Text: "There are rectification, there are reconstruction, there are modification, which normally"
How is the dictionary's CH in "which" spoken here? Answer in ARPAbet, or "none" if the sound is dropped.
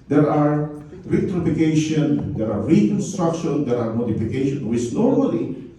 S